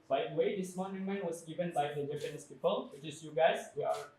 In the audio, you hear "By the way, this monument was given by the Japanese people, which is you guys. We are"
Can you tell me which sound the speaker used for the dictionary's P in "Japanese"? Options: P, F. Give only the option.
F